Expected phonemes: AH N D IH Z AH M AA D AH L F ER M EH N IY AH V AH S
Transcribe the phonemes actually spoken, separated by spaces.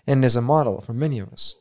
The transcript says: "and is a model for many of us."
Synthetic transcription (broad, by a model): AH N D IH Z AH M AA D L F ER M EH N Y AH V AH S